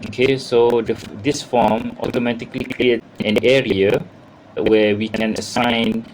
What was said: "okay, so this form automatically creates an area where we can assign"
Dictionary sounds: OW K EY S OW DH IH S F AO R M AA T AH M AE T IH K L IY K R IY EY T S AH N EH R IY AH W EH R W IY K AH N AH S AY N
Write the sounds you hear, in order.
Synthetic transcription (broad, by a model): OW K EY S OW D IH S F AO M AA T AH M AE T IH K L IY K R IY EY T AH N EH R IY AH W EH W IY K AH N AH S AY N